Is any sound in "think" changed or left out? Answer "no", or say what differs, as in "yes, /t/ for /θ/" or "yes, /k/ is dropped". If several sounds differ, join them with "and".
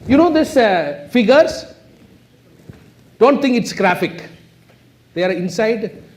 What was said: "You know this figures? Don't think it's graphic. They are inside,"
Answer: yes, /t/ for /θ/